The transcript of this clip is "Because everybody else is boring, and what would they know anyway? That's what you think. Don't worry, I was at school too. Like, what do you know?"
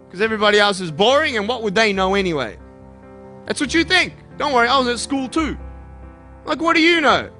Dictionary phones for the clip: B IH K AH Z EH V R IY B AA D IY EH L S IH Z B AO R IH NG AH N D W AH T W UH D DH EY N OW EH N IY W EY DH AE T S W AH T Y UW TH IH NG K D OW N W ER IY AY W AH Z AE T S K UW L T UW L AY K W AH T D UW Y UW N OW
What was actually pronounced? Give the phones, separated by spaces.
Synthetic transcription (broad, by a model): K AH Z EH V R IY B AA D IY EH L S IH Z B AO R IH NG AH N W AH T W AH D DH EY N OW EH N IY W EY DH AE T S W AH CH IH TH IH NG K D OW N W ER IY AY W AH Z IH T S K UW L T UW L AY K W AH T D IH Y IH N OW